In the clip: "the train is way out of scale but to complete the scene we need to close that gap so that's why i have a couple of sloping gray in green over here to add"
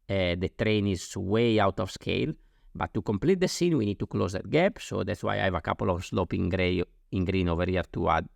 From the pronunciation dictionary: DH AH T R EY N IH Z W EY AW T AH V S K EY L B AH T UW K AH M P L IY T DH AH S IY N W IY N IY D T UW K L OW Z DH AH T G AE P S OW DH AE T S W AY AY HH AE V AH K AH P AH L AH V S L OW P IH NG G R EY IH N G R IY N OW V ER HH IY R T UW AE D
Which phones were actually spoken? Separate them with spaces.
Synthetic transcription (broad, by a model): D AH T R EY N IH Z W EY AW T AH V S K EY L B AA T UW K AH M P L IY T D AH S IY N W IY N IY D T UW K L OW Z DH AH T G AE P S OW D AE T S W AY AY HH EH V AH K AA P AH L AH V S L OW P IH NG G R EY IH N G R IY N OW V ER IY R T UW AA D